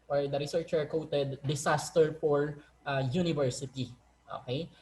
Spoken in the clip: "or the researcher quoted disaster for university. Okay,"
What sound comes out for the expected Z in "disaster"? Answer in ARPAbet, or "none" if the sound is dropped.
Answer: S